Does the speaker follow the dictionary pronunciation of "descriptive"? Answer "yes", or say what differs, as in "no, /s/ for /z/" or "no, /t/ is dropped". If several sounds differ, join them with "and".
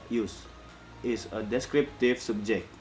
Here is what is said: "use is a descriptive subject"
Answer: yes